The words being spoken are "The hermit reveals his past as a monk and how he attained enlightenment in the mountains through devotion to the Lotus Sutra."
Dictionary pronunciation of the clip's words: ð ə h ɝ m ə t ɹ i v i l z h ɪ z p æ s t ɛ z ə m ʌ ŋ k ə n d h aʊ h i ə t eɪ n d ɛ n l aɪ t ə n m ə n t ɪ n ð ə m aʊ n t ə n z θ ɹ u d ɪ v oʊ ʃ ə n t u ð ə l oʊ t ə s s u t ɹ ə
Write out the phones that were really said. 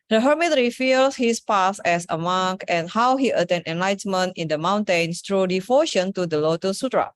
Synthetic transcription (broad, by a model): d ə h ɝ m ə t ɹ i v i l s h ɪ s p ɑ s ɛ s ə m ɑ ŋ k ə n h aʊ h i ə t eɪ n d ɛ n l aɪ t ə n m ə n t ɪ n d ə m aʊ n t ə n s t ɹ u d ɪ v oʊ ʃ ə n t u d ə l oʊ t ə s s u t ɹ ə